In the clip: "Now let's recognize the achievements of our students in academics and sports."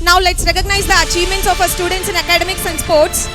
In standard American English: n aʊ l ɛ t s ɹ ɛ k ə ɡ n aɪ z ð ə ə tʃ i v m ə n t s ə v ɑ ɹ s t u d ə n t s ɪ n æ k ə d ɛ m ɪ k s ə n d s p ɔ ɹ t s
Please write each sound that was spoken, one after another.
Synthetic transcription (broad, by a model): n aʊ l ɛ t s ɹ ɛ k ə ɡ n aɪ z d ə ə tʃ i v m ə n t s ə f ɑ s t u d ə n t s ɪ n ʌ k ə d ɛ m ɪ k s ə n s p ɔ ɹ t s